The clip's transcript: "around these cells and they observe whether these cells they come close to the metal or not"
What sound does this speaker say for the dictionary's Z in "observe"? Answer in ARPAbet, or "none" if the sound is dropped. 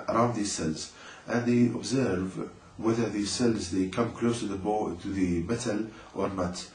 Z